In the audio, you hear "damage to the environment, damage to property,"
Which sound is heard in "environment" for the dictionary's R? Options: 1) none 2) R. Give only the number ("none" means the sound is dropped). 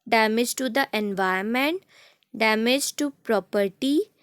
1